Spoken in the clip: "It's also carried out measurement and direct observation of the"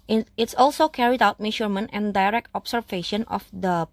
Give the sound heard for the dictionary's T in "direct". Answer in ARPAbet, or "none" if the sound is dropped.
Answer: T